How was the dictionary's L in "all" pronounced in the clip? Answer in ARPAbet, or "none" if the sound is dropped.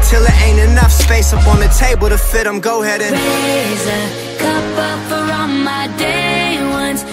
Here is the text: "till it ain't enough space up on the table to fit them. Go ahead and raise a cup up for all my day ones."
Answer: N